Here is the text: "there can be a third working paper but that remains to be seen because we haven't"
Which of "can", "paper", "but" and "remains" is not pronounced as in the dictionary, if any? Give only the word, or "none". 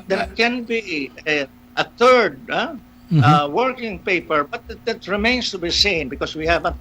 remains